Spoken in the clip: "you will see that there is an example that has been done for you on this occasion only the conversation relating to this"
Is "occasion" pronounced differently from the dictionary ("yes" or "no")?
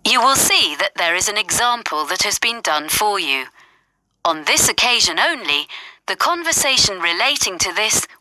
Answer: no